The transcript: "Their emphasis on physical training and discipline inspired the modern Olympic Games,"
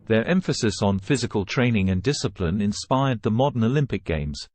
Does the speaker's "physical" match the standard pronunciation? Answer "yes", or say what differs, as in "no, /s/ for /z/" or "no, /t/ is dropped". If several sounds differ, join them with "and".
yes